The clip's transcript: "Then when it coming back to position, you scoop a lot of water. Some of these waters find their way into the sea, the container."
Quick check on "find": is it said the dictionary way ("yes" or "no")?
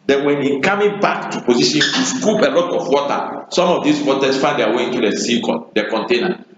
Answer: no